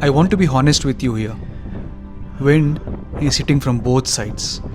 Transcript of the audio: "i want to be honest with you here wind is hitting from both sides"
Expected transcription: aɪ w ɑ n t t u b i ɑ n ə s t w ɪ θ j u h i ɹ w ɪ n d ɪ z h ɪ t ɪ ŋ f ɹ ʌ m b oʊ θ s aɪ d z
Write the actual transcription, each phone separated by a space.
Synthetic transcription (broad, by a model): aɪ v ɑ n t t u b i ɑ n ə s t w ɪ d j u h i ɹ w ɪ n ɪ z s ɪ t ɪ ŋ f ɹ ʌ m b oʊ t s aɪ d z